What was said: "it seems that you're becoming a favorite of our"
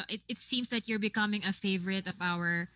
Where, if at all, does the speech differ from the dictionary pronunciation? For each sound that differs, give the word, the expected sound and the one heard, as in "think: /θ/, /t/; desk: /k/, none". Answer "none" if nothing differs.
seems: /z/, /s/